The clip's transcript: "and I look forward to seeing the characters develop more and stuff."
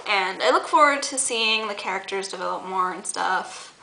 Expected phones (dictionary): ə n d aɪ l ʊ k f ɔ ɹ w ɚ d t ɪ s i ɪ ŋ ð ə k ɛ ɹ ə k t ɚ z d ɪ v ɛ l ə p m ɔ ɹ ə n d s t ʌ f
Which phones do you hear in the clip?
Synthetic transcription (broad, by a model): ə n aɪ l ʊ k f ɔ ɹ w ɚ d t ɪ s i ɪ ŋ ð ə k ɛ ɹ ə k t ɚ z d ɪ v ɛ l ə p m ɔ ɹ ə n s t ʌ f